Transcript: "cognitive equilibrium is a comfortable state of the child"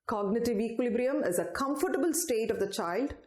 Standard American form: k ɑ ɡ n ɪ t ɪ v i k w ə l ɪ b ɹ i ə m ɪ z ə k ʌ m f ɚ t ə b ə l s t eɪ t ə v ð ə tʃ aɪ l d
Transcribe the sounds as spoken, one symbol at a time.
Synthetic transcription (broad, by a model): k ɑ ɡ n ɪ t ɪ v i k w ə l ɪ b ɹ i ə m ɪ z ə k ʌ m f ɚ t ə b ə l s t eɪ t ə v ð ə tʃ aɪ l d